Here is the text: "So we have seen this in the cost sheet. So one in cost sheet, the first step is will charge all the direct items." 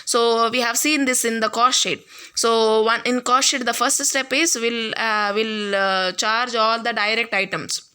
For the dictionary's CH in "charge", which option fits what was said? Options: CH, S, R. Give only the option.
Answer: CH